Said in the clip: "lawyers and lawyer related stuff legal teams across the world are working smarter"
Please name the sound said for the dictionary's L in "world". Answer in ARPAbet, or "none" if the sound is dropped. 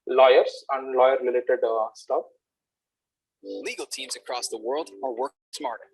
L